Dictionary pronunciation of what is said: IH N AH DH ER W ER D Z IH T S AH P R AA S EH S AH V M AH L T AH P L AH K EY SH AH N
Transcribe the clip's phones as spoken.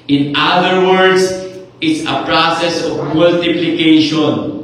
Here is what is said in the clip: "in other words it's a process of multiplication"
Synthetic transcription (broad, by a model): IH N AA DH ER W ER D S IH T S AH P R AA S EH S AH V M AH L T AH P L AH K EY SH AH N